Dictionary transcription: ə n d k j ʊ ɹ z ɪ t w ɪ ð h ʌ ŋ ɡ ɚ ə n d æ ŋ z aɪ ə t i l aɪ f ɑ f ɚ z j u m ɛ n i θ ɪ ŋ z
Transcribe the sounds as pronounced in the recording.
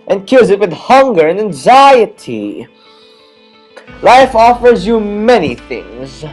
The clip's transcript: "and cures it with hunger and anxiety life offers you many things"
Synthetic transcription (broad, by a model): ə n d k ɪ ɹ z ɪ t w ɪ ð h ʌ ŋ ɡ ɚ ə n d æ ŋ z aɪ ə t i l aɪ f ɑ f ɚ z j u m ɛ n i θ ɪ ŋ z